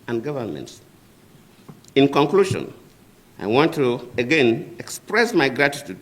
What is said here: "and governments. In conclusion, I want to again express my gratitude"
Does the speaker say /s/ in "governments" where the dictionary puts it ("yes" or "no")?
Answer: yes